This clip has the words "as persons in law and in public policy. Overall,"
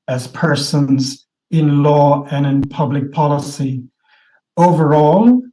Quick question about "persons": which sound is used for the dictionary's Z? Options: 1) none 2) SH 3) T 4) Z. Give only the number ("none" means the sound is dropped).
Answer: 4